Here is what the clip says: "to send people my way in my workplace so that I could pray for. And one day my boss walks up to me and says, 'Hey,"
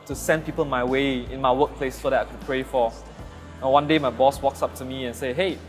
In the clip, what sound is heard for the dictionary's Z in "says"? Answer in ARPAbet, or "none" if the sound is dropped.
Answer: none